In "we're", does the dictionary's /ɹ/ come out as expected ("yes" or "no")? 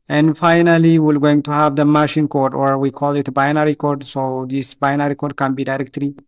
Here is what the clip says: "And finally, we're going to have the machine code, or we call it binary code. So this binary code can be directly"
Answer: no